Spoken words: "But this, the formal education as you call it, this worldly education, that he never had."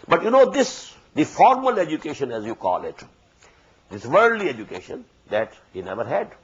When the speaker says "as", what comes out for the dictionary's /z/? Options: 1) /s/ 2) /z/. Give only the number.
2